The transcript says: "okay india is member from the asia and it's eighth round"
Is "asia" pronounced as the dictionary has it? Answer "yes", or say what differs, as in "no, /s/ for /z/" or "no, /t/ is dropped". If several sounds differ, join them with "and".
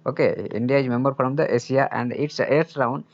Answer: no, /s/ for /ʒ/